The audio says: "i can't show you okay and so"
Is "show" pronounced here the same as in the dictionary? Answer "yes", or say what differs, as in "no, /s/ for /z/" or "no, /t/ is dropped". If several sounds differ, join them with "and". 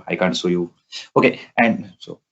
no, /s/ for /ʃ/